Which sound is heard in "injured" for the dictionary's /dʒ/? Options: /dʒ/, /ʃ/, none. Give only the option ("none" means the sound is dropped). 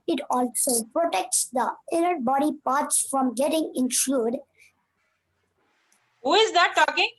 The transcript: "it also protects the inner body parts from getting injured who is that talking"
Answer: /ʃ/